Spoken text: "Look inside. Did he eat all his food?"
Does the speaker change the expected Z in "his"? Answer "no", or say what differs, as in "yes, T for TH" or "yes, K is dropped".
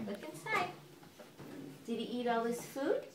yes, S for Z